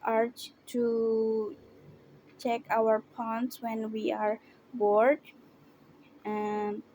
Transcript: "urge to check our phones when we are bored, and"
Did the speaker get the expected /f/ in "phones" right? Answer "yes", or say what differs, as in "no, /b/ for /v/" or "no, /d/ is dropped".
no, /p/ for /f/